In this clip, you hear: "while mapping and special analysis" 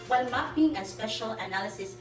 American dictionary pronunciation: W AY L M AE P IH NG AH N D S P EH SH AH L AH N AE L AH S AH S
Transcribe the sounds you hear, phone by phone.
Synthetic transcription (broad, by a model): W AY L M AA B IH NG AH S P EH SH AH L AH N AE L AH S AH S